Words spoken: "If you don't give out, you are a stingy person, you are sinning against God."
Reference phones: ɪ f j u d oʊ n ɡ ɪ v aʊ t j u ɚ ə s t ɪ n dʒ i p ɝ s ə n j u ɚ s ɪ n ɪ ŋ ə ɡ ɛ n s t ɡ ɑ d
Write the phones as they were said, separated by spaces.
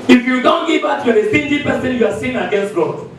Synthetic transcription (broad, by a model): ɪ f j u d oʊ n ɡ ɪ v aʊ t j u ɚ ə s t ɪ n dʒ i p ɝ s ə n j u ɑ s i ɪ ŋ ə ɡ ɛ n s t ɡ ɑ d